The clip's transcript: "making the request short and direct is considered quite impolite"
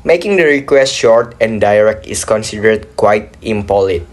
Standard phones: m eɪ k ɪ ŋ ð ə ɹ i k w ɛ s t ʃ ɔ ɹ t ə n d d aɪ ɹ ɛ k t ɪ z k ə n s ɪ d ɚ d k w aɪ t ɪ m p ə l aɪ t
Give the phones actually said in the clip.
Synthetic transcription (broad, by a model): m eɪ k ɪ ŋ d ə ɹ i k w ɛ s t ʃ ɔ ɹ t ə n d d aɪ ɹ ɛ k t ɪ s k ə n s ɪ d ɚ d k w aɪ t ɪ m p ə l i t